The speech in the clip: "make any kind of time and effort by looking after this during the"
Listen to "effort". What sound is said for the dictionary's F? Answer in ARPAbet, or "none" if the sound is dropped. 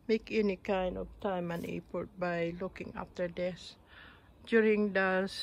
P